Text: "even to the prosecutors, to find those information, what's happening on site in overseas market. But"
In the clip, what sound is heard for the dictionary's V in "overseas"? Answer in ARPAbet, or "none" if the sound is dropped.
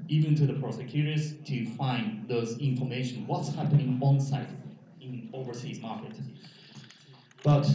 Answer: V